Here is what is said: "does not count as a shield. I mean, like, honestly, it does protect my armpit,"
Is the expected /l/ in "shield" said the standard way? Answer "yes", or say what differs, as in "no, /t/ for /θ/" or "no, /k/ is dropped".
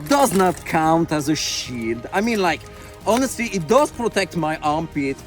yes